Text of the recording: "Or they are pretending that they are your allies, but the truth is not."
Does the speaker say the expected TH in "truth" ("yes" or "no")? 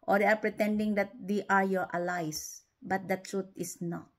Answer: no